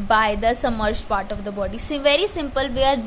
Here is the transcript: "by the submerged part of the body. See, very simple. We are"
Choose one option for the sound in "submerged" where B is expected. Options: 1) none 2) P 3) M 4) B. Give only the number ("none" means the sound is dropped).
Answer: 1